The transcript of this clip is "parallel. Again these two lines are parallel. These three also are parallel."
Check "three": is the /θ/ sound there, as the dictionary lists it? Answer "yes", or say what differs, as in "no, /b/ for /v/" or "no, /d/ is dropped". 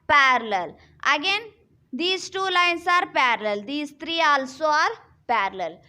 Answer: no, /t/ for /θ/